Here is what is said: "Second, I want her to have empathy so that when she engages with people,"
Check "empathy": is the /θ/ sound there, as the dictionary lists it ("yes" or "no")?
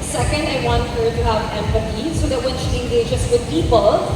no